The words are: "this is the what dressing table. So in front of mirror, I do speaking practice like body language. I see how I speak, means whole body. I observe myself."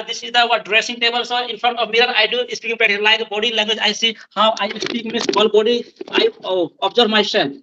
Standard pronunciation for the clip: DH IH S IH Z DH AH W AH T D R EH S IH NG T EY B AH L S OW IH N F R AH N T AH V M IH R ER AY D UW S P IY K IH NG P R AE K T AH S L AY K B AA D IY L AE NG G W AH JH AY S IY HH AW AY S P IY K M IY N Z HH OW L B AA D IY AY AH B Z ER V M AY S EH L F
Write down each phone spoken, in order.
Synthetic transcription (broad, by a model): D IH S IH Z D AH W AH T D R EH S IH NG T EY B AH L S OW IH N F R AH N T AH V M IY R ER AY D UW S P IY K IH NG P EH T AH L AY K B AA D IY L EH NG G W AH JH AY S IY HH AW AY S P IY K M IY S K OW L B AA D IY AY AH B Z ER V M AY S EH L